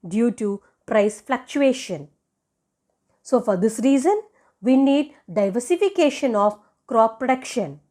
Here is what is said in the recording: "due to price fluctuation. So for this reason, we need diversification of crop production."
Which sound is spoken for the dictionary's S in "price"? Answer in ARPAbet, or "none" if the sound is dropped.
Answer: S